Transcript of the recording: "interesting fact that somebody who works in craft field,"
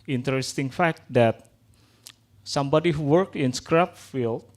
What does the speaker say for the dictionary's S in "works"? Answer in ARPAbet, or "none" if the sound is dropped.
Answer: none